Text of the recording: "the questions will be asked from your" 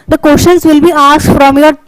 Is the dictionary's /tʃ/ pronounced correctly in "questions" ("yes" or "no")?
no